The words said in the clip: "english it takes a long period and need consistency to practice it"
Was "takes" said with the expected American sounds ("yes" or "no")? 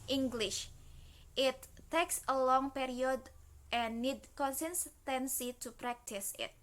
yes